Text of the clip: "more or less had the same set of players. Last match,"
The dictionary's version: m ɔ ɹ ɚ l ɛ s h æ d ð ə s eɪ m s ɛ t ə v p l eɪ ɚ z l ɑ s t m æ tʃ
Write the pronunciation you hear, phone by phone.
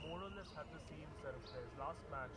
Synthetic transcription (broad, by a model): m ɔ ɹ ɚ n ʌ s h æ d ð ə s eɪ m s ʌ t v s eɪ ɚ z l ɑ s t m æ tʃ